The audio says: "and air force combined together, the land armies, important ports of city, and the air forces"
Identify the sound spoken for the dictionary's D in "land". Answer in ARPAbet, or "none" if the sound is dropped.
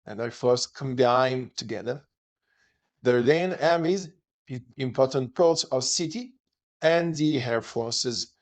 none